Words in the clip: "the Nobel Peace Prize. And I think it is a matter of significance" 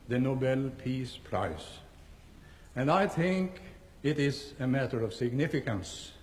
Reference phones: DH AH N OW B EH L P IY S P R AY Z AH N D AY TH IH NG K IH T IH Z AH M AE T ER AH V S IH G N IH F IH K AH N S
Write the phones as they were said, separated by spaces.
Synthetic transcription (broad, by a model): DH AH N OW B EH L P IY S P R AY S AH N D AY TH IH NG K IH T IH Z AH M AE T ER AH V S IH G N IH F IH K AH N S